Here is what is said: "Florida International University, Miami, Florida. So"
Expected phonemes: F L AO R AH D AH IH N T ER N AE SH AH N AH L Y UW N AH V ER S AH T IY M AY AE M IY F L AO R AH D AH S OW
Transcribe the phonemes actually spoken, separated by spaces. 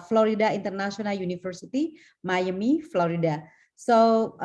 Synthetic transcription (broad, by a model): F L AO R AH D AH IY N T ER N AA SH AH N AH L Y UW N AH F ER S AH T IY M AY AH M IY F L AO R AH D AH S OW